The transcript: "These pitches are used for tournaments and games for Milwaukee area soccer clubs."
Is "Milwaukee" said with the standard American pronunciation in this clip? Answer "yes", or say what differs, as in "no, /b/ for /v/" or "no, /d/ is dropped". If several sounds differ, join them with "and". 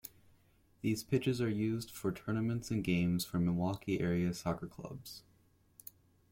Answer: no, /l/ is dropped